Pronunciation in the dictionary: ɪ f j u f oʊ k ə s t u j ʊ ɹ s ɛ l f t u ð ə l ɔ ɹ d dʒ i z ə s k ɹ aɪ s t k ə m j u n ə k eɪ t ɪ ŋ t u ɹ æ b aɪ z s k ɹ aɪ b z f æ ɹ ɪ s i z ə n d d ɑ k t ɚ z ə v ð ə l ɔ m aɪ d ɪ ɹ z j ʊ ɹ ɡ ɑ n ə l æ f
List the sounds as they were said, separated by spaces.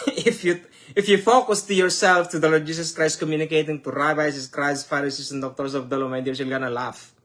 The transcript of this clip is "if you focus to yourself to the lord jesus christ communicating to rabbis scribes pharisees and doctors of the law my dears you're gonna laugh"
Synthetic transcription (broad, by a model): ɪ f j u f oʊ k ə s t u j ʊ ɹ s ɛ l f t u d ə l ɔ ɹ d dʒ i s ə s k ɹ aɪ s t k ə m j u n ə k eɪ t ɪ ŋ t u ɹ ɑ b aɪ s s k ɹ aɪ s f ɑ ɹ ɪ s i s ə n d d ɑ k t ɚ s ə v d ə l ɔ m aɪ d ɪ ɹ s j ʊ l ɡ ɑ n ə l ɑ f